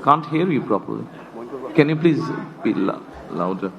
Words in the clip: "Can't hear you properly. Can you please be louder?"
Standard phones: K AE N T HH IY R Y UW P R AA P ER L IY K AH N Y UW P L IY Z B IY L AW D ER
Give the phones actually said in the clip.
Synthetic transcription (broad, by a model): K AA N T HH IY R Y UW P R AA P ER L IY K AH N Y UW P L IY Z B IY L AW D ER